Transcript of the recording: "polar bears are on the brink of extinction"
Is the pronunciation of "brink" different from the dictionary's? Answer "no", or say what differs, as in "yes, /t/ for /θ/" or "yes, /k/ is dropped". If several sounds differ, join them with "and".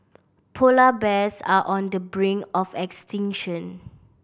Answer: yes, /k/ is dropped